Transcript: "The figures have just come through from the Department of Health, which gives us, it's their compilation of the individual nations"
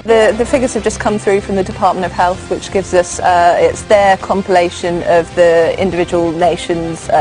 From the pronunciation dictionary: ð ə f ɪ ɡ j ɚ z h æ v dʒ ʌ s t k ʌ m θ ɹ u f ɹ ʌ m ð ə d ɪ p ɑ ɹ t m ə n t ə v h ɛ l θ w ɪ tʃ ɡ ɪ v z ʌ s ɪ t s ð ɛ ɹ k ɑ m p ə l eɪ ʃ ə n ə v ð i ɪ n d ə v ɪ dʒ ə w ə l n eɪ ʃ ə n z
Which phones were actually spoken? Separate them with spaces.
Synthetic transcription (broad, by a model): ð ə f ɪ ɡ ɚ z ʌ v dʒ ʌ s k ʌ m θ ɹ u f ɹ ʌ m ð ə d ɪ p ɑ t m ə n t ə v h ɛ l θ w ɪ tʃ ɡ ɪ v z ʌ s ɪ t s ð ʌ k ɑ m p ə l eɪ ʃ ə n ə v ð i ɪ n d ə v ɪ dʒ ə w ə l n eɪ ʃ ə n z